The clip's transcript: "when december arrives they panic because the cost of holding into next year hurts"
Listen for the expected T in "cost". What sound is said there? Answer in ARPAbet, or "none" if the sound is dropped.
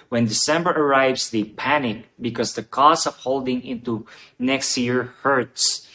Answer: none